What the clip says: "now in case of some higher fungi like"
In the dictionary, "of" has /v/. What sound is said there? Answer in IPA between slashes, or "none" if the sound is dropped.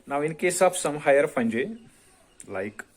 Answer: /p/